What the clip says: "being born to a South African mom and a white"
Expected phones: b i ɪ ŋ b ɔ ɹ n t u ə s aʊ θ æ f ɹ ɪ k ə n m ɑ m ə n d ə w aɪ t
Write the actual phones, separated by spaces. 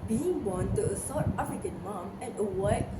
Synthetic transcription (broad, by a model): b i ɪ ŋ b ɔ n t u ə s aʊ t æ f ɹ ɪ k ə n m ɑ m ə n ə w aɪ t